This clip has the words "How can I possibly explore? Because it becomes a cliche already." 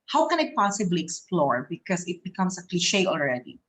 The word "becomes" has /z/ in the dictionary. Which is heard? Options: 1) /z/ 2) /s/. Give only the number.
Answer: 2